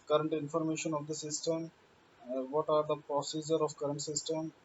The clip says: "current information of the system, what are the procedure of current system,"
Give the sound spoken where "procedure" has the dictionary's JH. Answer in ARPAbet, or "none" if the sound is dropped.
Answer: JH